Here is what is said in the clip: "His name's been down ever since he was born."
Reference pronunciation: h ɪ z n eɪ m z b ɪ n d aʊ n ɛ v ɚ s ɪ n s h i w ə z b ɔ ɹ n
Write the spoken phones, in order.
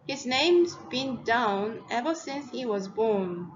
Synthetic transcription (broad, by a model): h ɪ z n eɪ m z b ɪ n d aʊ n ɛ v ɚ s ɪ n s h i w ə z b ɔ ɹ n